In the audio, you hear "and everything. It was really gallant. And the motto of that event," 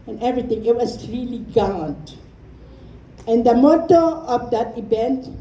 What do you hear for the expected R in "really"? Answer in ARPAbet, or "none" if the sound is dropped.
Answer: R